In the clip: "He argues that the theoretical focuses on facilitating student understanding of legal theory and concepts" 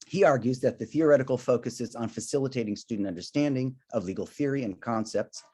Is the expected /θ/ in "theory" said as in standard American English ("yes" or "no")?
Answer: yes